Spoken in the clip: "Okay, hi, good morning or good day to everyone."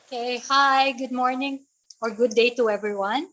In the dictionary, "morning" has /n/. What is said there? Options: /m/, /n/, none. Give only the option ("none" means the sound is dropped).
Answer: /n/